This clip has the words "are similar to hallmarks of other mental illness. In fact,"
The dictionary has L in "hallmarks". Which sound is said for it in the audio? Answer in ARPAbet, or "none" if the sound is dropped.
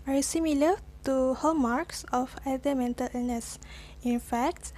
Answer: none